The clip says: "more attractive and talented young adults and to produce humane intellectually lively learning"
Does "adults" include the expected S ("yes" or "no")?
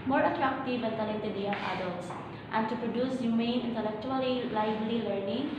no